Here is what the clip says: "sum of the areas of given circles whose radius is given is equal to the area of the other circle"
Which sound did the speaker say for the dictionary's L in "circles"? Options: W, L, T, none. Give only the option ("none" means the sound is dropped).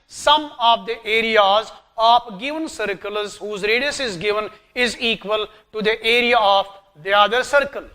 L